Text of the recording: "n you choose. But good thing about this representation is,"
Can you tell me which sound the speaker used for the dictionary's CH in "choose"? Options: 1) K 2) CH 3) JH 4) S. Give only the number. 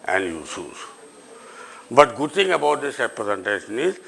4